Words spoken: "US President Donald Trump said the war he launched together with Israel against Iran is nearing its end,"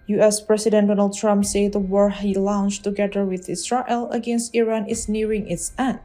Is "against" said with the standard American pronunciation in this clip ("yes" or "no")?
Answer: yes